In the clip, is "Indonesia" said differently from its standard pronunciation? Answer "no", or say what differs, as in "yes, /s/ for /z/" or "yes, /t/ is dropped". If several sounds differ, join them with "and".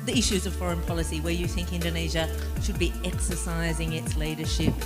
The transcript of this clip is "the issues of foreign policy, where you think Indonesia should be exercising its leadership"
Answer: no